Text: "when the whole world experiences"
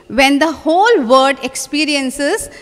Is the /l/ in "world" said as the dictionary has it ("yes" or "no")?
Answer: no